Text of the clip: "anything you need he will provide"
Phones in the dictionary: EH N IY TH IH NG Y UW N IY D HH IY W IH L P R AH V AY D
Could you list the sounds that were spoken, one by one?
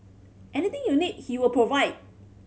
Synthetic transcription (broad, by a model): EH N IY T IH NG Y UW N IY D HH IY W IH L P R AH V AY D